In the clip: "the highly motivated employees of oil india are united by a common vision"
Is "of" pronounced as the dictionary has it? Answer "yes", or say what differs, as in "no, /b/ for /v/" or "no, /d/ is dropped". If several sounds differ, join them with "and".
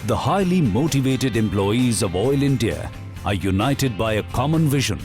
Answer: yes